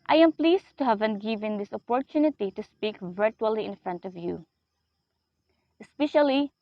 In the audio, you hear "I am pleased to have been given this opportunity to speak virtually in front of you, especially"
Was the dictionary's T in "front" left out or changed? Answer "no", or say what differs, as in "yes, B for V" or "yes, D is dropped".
no